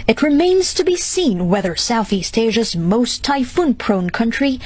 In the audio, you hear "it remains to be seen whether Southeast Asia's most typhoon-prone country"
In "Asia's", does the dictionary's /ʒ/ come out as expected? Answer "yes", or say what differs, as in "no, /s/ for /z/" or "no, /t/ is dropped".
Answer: yes